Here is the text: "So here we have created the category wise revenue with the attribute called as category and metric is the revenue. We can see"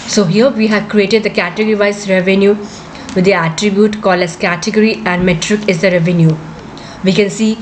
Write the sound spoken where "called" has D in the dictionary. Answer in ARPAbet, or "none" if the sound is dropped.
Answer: none